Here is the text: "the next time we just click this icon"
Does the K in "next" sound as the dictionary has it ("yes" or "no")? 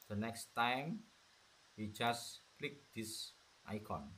yes